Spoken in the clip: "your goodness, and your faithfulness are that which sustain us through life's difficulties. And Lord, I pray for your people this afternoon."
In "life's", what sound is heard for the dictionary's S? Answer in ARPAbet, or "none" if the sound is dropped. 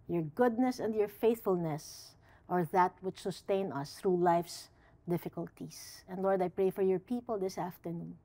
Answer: S